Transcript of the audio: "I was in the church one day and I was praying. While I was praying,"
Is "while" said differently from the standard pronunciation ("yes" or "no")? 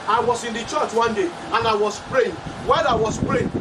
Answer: yes